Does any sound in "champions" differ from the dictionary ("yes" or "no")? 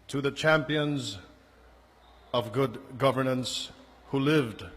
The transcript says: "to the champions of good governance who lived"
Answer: no